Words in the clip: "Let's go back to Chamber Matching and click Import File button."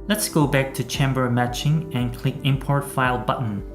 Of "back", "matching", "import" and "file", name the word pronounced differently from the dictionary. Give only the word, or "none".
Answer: none